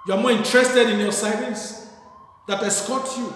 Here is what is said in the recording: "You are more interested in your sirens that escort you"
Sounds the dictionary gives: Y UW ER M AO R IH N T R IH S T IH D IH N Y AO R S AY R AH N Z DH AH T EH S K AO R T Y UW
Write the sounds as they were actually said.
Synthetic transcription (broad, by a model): Y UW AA M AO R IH N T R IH S T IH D IH N Y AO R S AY L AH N S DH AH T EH S K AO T Y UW